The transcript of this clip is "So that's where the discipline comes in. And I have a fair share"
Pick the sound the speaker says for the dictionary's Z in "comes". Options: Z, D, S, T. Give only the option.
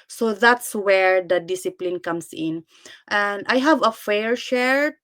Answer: S